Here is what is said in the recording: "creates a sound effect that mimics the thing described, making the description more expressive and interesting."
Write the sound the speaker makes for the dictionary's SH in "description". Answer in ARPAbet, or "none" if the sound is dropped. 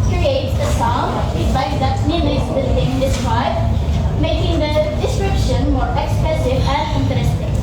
SH